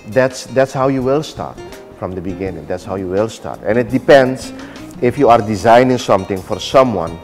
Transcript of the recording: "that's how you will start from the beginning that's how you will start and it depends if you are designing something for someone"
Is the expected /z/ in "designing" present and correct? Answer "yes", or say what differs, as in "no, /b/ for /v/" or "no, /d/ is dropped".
yes